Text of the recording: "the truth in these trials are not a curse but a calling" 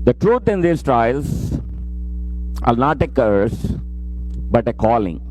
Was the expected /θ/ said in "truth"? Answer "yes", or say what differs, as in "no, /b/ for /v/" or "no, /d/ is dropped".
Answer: no, /t/ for /θ/